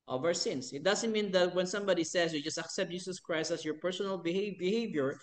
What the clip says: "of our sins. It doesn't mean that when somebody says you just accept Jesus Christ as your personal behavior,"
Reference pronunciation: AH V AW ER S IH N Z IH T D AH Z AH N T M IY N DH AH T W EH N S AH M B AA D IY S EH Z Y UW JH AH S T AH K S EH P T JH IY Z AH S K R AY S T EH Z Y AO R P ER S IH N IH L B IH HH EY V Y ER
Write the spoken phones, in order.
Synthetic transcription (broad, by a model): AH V AW ER S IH N S IH T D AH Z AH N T M IY N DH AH T W EH N S AH M B AA D IY S EH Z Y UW JH AH S T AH K S EH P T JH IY S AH S K R AY S T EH S Y AO R P ER S IH N IH L B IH HH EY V Y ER